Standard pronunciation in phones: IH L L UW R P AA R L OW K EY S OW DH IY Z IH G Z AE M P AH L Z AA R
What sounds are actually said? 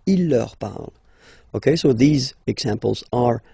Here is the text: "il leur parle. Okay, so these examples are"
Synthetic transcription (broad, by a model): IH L L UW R P AA R L OW K EY S OW DH IY Z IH G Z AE M P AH L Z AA R